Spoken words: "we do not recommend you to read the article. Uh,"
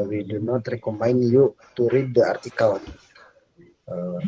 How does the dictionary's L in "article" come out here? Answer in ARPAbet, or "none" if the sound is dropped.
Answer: N